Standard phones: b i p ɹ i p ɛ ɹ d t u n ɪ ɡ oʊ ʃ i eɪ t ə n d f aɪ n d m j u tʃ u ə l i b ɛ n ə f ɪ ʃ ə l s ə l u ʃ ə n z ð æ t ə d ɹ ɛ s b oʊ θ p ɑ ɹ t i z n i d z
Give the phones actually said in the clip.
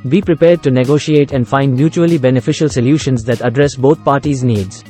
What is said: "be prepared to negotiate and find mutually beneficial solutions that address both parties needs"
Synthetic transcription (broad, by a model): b i p ɹ i p ɛ ɹ d t u n ɪ ɡ oʊ ʃ i eɪ t ə n d f aɪ n d m j u tʃ u ə l i b ɛ n ə f ɪ ʃ ə l s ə l u ʃ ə n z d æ t ə d ɹ ɛ s b oʊ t p ɑ ɹ t i z n i d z